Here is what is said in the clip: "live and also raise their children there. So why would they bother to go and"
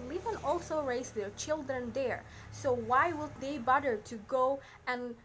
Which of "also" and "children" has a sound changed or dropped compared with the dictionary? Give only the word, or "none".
none